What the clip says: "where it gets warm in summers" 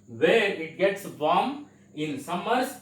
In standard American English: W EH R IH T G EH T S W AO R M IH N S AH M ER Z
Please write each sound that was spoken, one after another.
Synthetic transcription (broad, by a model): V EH R IH T G EH T S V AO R M IH N S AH M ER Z